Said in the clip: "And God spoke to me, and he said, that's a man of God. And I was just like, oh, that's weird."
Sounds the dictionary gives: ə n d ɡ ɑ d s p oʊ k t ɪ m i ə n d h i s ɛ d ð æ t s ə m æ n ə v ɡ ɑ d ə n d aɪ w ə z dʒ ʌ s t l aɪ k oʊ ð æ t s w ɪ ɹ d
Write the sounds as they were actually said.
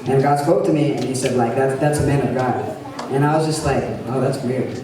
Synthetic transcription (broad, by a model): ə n ɡ ɑ d s p oʊ k t ɪ m i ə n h i s ɛ d ð æ t s ə m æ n ə v ɡ ɑ d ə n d aɪ w ə z dʒ ʌ s t l aɪ k oʊ ð æ t s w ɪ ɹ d